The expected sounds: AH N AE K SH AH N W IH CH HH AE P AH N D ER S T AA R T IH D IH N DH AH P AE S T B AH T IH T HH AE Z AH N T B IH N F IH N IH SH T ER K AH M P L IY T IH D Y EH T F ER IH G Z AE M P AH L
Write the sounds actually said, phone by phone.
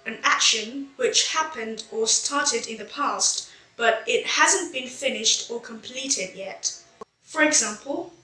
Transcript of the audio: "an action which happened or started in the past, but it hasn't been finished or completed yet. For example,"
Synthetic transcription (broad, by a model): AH N AE K SH AH N W IH CH HH AE P AH N D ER S T AA R T IH D IH N DH AH P AE S T B AH T IH T HH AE Z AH N B IH N F IH N IH SH T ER K AH M P L IY T IH D Y EH T F ER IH G Z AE M P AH L